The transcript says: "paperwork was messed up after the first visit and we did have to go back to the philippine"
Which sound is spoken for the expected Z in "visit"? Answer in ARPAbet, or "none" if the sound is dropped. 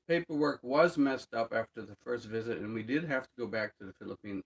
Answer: Z